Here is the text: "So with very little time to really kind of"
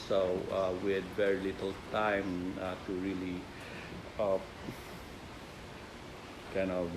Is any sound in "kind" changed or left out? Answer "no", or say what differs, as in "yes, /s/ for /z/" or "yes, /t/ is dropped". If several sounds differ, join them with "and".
yes, /d/ is dropped